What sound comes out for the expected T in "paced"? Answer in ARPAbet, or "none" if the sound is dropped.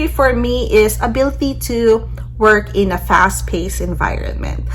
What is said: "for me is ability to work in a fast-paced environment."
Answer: none